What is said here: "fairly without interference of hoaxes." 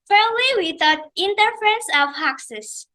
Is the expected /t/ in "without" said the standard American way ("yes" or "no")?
no